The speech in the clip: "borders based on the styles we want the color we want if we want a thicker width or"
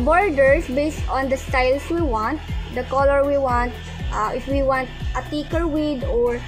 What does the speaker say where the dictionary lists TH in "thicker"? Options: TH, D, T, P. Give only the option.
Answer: T